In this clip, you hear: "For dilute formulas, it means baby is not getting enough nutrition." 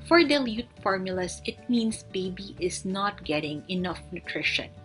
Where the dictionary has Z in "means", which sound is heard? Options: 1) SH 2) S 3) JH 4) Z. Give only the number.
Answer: 2